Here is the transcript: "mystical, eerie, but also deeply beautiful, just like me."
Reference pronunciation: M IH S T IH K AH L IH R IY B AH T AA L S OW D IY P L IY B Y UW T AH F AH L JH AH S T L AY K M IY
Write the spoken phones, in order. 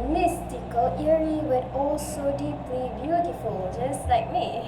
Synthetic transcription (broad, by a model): M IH S T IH K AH L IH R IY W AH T AA L S OW D IY P L IY B Y UW T AH F AH L JH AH S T L AY K M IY